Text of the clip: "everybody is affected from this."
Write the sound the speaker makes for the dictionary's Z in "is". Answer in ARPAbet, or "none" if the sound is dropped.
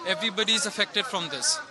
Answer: Z